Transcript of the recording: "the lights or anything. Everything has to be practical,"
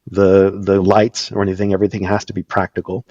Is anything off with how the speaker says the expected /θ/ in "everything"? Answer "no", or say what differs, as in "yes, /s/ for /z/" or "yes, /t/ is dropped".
no